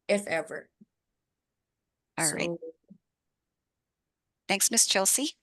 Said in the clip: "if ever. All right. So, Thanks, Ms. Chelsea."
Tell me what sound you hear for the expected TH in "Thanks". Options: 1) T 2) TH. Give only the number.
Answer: 2